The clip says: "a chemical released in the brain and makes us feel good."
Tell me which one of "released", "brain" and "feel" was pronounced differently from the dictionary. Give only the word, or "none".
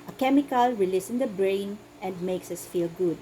released